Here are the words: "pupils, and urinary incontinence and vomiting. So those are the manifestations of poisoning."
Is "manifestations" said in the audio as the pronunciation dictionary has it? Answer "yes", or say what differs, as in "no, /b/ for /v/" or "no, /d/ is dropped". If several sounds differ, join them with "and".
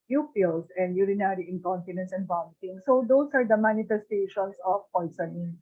no, /s/ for /z/